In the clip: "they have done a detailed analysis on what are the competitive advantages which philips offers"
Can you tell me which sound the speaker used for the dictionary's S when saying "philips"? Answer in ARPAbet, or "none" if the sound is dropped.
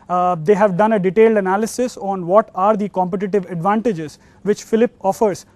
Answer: none